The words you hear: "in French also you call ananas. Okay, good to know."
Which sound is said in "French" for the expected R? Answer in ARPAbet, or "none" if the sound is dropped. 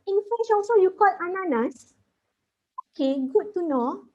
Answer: none